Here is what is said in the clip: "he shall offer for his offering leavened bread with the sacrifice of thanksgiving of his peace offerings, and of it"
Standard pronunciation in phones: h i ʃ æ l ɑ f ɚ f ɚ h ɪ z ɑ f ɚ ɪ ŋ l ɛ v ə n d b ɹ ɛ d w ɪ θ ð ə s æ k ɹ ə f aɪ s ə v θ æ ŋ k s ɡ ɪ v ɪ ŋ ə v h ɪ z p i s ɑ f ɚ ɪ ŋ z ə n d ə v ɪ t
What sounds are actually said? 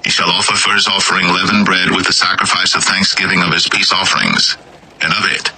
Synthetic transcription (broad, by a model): h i ʃ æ l ɑ f ɚ f ɚ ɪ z ɑ f ɚ ɪ ŋ l ɛ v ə n b ɹ ɛ d w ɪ ð ə s æ k ɹ ə f aɪ s ə v θ æ ŋ k s ɡ ɪ v ɪ ŋ ə v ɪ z p i s ɑ f ɚ ɪ ŋ z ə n ə v ɪ t